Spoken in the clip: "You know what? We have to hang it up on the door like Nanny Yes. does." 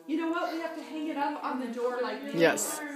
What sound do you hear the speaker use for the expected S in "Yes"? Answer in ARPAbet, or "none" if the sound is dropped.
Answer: S